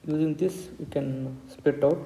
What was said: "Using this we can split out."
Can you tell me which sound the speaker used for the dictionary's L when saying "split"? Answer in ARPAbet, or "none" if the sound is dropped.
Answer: none